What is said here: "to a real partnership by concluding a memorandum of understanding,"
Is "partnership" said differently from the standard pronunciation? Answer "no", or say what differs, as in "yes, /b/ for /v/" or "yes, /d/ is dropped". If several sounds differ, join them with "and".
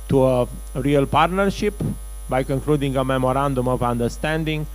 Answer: no